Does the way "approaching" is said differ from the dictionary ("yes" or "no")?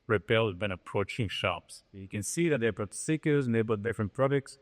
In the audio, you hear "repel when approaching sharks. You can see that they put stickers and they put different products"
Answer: no